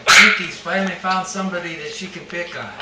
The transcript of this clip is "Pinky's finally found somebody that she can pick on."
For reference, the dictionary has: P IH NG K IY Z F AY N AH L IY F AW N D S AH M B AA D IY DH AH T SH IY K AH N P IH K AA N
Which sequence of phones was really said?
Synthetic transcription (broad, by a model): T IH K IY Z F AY AH N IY F AW N D S AH M B AA D IY DH AH T SH IY K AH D P IH K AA